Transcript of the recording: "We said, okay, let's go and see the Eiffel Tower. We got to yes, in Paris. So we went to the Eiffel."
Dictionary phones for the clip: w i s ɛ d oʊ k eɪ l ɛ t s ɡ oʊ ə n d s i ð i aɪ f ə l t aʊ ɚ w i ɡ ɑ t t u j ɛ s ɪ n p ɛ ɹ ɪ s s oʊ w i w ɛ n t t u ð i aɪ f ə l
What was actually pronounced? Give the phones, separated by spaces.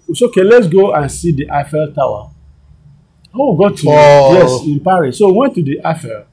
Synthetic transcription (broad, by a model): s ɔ oʊ k eɪ l ɛ t s ɡ oʊ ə n s i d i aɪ f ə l t aʊ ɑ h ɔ ɡ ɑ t t u j ɛ s ɪ n p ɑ ɹ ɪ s s oʊ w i w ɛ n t t u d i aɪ f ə l